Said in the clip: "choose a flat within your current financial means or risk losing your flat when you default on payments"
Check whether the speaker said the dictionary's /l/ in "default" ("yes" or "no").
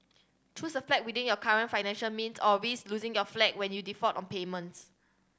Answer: no